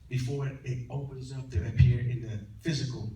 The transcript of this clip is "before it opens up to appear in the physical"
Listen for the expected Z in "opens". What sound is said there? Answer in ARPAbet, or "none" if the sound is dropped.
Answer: Z